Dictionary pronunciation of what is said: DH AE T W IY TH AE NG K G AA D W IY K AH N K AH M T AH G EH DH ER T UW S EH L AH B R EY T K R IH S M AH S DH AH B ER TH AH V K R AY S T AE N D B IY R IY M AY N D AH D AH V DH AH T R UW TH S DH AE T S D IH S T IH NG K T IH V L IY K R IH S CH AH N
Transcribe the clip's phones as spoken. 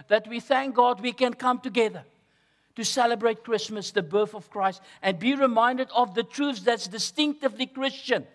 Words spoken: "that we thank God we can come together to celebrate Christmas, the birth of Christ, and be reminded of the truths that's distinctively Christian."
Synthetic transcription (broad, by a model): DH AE T W IY TH AE NG K G AA D W IY K AH N K AH M T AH G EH DH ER T UW S EH L AH B R EY T K R IH S M AH S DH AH B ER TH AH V K R AY S T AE N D B IY R IY M AY N D AH D AH V DH AH T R UW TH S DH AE T S D IH S T IH NG K T IH V L IY K R IH S CH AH N